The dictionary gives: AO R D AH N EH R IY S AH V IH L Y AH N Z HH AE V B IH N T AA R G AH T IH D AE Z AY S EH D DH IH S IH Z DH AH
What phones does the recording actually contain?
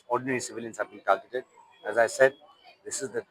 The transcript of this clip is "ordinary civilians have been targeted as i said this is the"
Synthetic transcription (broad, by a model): AO R D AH N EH R IY S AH V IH L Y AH N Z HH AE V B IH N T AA L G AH T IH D AE Z AY S EH D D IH S IH Z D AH